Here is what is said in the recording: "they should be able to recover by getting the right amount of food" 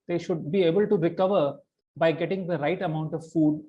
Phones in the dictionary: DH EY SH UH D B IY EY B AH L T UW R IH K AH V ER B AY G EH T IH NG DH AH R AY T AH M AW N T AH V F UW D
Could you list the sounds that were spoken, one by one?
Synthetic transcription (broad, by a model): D EY SH UH D B IY EY B AH L T UW R IH K AH V ER B AY G EH T IH NG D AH R AY T AH M AW N T AH V F UW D